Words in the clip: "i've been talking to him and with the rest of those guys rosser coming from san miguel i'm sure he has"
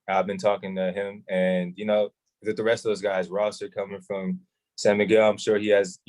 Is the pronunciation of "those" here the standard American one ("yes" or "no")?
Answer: yes